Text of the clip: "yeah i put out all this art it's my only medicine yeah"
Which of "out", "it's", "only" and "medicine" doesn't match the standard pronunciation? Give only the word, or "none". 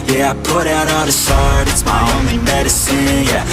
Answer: none